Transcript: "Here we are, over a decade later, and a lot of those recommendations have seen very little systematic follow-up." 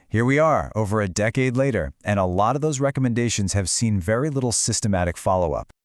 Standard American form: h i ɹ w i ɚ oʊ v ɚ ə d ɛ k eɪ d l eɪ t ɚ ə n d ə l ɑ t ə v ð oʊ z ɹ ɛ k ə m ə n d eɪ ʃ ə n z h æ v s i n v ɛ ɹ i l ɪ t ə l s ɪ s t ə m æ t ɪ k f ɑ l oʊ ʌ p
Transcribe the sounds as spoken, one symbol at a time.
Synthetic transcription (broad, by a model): h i ɹ w i ɚ oʊ v ɚ ə d ɛ k eɪ d l eɪ t ɚ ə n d ə l ɑ t ə v ð oʊ z ɹ ɛ k ə m ə n d eɪ ʃ ə n z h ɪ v s i n v ɛ ɹ i l ɪ t l s ɪ s t ə m æ t ɪ k f ɑ l oʊ ʌ p